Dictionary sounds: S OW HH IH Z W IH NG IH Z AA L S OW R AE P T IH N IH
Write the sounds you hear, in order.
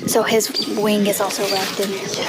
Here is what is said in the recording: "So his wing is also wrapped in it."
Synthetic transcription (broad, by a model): S OW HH IH Z W IH NG IH Z AA L S OW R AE F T IH N